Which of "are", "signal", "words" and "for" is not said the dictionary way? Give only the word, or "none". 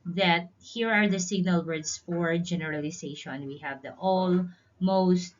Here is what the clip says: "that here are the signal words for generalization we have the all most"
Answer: words